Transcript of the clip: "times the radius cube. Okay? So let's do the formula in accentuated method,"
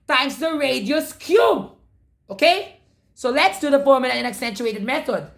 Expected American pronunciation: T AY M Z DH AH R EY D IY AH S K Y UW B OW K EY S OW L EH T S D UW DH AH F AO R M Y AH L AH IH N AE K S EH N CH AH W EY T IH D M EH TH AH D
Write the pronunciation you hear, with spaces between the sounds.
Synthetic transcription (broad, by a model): T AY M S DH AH R EY D IY AH S K Y UW B OW K EY S OW L EH T S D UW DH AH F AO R M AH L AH IH N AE K S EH N CH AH EY T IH D M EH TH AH D